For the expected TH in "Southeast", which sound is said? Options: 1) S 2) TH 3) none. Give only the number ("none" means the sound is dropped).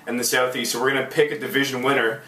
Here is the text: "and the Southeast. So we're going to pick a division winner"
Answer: 2